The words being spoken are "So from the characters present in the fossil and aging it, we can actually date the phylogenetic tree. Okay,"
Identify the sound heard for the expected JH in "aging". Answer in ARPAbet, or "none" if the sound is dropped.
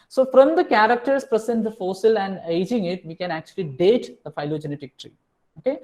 JH